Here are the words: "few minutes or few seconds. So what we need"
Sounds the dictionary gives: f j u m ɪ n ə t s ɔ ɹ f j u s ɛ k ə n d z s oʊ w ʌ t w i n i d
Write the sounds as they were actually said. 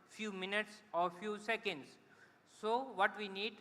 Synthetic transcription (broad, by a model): f j u m ɪ n ə t s ɔ ɹ f j u s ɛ k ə n d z s oʊ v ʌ t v i n i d